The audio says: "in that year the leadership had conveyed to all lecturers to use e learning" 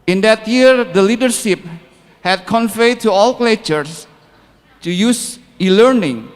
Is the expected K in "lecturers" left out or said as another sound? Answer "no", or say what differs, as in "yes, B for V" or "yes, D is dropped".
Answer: yes, K is dropped